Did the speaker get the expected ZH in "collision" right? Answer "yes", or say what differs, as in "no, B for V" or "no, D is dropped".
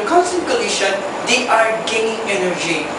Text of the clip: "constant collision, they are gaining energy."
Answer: no, SH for ZH